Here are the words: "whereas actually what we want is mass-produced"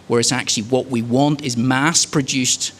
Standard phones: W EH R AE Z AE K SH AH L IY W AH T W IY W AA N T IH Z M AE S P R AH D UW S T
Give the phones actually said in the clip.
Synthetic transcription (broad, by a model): W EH R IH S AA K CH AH L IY W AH T W IY W AA N T IH Z M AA S P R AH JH UW S T